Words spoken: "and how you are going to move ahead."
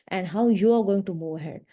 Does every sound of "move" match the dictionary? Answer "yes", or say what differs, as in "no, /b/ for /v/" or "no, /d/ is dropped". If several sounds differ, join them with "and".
no, /v/ is dropped